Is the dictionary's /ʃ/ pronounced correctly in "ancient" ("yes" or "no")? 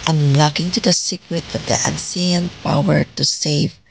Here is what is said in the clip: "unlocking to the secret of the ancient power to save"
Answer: no